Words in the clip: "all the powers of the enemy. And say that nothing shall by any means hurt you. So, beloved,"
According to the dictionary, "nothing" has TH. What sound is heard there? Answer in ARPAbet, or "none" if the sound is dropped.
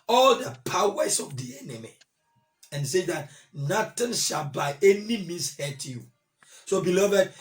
T